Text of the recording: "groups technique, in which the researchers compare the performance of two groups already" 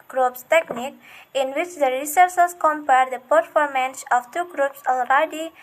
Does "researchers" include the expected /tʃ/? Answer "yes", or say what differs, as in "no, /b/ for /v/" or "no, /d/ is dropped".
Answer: no, /s/ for /tʃ/